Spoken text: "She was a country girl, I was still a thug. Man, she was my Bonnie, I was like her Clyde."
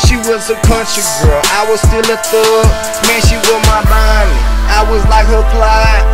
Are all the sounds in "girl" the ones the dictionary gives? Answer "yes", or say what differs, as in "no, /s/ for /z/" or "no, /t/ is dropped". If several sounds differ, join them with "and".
yes